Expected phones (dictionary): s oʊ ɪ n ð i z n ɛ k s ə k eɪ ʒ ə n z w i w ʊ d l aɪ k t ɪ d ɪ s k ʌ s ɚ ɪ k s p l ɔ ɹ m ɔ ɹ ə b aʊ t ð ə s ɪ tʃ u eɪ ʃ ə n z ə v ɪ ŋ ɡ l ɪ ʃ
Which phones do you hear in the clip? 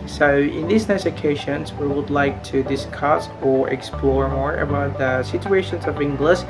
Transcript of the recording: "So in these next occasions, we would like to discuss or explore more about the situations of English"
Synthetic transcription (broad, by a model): s oʊ ɪ n ð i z n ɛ s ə k eɪ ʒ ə n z w i w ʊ d l aɪ k t ɪ d ɪ s k ʌ s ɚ ɪ k s p l ɔ ɹ m ɔ ɹ ə b aʊ t ð ə s ɪ tʃ u eɪ ʃ ə n z ə v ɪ ŋ ɡ l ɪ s